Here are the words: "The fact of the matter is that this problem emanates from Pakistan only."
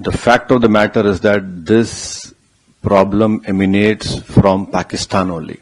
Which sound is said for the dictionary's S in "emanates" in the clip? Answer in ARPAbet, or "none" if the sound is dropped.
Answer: S